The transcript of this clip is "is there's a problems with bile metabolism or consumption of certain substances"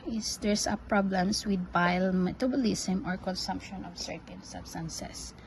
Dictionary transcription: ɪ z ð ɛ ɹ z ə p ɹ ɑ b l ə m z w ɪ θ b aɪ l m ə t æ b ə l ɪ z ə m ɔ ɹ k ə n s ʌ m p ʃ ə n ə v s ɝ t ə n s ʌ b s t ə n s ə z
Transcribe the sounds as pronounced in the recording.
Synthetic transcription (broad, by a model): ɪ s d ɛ ɹ s ə p ɹ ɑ b l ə m s w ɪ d b aɪ l m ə t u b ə l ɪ s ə m ɔ ɹ k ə n s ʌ m p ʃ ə n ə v s ɝ t ə n s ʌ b s t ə n s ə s